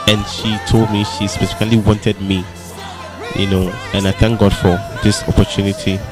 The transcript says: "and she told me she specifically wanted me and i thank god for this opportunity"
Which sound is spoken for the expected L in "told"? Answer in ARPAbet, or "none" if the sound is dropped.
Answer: L